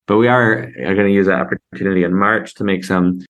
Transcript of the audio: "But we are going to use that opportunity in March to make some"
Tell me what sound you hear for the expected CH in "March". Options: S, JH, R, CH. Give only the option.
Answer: CH